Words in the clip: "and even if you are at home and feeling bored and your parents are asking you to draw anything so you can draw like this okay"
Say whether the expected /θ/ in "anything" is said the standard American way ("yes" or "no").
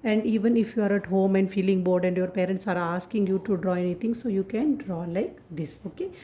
no